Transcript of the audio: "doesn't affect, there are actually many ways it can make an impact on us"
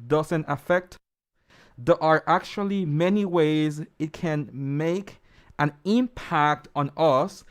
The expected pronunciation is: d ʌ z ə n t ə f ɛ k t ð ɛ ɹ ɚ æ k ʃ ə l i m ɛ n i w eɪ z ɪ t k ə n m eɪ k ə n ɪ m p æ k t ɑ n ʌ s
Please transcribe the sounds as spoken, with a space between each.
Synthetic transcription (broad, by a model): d ʌ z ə n t ə f ɛ k t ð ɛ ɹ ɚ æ k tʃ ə l i m ɛ n i w eɪ z ɪ t k ə n m eɪ k ə n ɪ m p æ k t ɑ n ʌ s